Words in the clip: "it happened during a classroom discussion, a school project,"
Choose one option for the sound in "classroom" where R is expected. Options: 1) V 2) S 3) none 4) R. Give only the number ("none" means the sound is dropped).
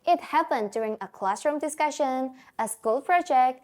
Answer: 4